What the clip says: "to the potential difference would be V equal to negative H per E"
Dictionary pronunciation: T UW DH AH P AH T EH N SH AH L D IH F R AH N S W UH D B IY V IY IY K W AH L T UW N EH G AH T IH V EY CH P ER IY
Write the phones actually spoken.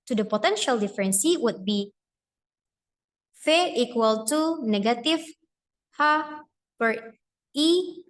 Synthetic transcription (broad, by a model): T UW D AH P AH T EH N SH AH L D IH F R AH N S W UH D B IY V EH IY K W AH L T UW N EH G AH T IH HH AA P ER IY